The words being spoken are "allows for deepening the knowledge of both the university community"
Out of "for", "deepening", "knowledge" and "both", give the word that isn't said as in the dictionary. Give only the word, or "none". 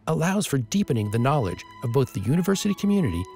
none